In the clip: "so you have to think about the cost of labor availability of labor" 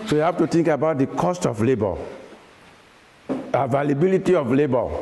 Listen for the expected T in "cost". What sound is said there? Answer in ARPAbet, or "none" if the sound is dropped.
T